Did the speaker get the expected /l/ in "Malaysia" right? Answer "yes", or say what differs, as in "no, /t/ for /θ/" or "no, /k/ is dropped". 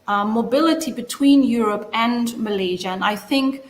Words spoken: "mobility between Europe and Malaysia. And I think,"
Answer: yes